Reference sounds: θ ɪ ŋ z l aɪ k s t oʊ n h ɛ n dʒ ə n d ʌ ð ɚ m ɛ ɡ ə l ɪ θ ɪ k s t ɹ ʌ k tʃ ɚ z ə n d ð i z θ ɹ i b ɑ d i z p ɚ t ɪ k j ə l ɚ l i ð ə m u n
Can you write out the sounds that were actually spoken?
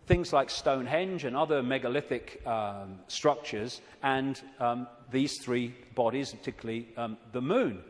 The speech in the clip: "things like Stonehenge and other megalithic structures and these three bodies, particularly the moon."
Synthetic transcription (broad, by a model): θ ɪ ŋ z l aɪ k s t oʊ n h ɛ n dʒ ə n ʌ ð ɚ m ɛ ɡ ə l ɪ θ ɪ k s t ɹ ʌ k tʃ ɚ z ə n ð i z θ ɹ i b ɑ d i z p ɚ t ɪ k j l l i ð ə m u n